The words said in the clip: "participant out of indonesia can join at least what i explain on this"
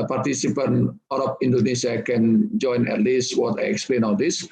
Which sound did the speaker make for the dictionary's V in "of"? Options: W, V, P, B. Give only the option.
P